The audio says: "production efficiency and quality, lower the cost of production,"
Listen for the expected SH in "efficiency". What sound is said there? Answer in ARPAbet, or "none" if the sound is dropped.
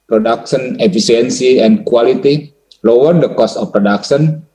S